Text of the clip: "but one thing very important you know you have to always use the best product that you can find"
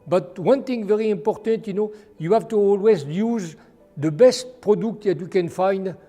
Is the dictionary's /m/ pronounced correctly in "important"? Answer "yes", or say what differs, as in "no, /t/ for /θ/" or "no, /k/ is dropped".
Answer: yes